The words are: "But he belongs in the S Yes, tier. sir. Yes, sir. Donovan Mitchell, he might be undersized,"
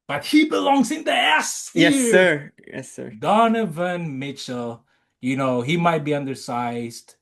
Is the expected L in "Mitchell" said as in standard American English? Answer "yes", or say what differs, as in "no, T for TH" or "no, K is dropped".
no, N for L